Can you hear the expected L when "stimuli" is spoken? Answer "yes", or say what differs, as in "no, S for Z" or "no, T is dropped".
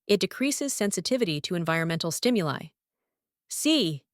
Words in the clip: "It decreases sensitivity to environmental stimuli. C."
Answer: yes